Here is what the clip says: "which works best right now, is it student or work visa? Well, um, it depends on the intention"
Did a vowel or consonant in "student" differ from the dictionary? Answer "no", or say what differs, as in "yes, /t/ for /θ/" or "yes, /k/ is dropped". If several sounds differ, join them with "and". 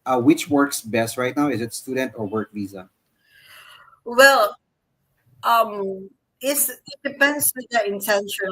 no